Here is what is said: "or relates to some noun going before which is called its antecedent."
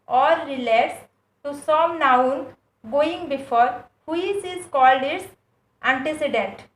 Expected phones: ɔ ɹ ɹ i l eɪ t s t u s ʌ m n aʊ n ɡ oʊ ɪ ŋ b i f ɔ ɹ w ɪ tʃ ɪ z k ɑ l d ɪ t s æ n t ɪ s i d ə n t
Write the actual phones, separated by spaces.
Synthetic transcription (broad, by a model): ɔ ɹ ɹ i l eɪ t s t u s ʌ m n aʊ n ɡ oʊ ɪ ŋ b i f ɔ ɹ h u s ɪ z k ɑ l d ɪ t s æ n t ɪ s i d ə n t